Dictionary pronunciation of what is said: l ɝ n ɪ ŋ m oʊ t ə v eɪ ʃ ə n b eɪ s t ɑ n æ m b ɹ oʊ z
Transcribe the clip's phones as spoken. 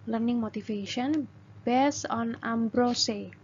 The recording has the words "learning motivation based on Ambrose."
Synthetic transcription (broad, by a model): l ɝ n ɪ ŋ m oʊ t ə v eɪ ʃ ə n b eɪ s ɑ n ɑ m b ɹ oʊ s